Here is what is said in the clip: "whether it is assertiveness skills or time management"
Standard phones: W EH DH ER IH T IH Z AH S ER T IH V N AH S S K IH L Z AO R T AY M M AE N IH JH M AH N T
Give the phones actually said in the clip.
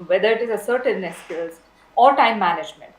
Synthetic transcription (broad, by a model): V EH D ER IH T IH Z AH S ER T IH N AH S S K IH Z AO R T AY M M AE N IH JH M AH N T